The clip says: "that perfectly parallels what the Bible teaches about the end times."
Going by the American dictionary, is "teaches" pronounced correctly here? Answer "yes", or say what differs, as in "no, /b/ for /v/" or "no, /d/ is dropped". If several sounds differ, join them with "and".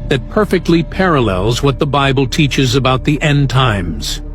yes